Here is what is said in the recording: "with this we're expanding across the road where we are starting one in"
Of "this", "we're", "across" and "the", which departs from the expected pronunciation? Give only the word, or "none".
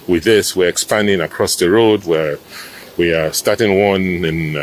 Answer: none